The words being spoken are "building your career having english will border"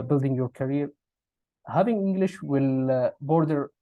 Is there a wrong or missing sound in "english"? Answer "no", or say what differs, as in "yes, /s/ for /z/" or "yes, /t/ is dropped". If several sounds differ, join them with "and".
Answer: no